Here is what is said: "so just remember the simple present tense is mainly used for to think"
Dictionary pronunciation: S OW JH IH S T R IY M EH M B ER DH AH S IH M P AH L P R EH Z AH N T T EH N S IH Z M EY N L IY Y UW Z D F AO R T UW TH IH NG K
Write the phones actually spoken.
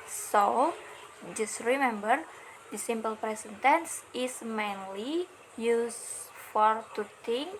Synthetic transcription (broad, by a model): S OW JH IH S T R IY M EH M B ER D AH S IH M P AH L P R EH S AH N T T EH N S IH S M EY N L IY Y UW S F AO R T UW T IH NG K